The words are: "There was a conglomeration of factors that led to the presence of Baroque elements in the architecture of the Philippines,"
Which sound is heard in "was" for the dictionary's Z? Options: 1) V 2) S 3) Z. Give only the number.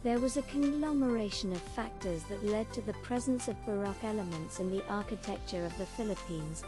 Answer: 3